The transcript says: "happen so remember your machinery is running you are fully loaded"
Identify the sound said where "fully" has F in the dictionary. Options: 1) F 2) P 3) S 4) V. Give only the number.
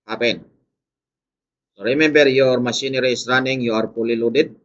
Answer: 2